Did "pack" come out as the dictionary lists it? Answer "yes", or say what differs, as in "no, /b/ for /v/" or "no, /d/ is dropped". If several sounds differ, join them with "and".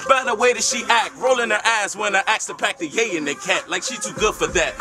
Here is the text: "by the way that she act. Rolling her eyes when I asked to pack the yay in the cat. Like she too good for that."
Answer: yes